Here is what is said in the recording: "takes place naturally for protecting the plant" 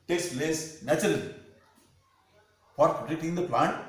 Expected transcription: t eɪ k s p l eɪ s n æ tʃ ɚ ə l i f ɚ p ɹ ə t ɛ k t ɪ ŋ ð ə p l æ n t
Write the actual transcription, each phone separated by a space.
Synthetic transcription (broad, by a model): t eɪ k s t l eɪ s n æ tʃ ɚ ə l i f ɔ ɹ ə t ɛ t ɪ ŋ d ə p l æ n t